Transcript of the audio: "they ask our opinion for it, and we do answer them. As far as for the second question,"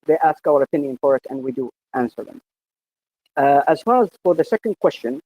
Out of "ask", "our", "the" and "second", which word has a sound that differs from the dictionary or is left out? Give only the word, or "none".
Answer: none